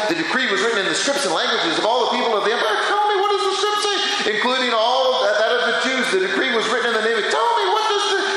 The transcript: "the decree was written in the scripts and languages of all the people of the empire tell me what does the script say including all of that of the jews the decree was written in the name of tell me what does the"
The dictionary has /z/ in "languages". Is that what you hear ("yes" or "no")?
yes